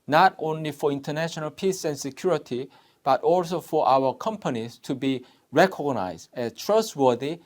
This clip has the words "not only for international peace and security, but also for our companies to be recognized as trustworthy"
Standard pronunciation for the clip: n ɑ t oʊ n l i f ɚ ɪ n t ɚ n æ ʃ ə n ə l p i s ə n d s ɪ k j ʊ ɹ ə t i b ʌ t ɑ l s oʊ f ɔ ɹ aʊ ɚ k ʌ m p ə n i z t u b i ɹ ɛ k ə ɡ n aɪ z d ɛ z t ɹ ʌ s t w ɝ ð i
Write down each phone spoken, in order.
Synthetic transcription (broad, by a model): n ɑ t oʊ n l i f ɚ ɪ n t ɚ n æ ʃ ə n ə l p i s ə n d s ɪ k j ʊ ɹ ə t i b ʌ t ɑ l s oʊ f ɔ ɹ aʊ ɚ k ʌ m p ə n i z t u b i ɹ ɛ k ə ɡ n aɪ z d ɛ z t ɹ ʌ s t w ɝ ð i